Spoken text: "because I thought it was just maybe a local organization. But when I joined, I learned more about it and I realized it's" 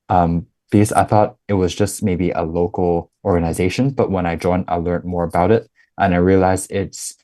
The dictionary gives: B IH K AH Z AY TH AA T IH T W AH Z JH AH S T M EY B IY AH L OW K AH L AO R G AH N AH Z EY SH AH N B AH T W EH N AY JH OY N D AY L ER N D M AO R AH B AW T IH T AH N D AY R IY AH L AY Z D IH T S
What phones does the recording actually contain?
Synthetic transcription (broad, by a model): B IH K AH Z AY TH AA T IH T W AH Z JH AH S T M EY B IY AH L OW K L AO R G AH N AH Z EY SH AH N B AH T W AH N AY JH OY N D AY L ER N M AO R AH B AW T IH T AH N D AY R IY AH L AY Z IH T S